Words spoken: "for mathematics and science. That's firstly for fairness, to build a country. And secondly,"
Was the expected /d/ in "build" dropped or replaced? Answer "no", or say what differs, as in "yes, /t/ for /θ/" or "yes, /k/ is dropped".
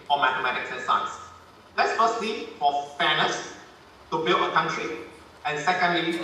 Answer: yes, /d/ is dropped